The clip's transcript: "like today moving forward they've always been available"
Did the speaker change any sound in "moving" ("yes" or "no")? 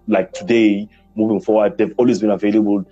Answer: no